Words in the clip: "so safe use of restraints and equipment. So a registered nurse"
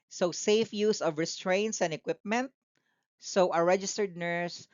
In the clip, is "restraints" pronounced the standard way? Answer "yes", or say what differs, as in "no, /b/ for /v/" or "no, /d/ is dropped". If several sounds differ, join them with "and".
yes